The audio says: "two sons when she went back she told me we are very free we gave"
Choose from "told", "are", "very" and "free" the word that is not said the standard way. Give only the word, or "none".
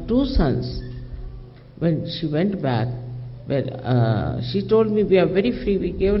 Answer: none